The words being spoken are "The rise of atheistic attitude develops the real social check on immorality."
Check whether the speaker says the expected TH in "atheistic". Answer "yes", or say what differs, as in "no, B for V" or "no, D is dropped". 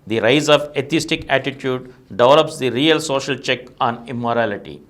no, T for TH